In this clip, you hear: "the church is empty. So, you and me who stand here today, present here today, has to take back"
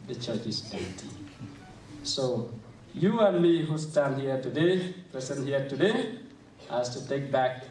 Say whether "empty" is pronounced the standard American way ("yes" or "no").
no